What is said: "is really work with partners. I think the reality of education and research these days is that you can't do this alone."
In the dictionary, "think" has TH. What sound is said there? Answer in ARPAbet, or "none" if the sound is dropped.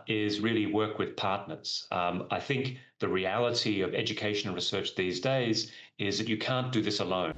TH